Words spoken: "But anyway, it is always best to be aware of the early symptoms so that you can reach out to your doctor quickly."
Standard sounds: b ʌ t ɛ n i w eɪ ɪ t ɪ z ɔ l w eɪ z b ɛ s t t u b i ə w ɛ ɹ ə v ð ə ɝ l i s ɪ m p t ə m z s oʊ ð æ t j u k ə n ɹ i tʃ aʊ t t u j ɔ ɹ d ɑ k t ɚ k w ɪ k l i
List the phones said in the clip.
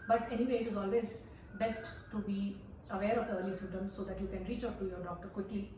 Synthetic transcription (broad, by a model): b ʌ t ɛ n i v eɪ ɪ t ɪ z ɔ l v eɪ z b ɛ s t t u b i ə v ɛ ɹ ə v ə ɝ l i s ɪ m t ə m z s oʊ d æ t j u k ə n ɹ i tʃ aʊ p t u j ɔ ɹ d ɑ k t ɚ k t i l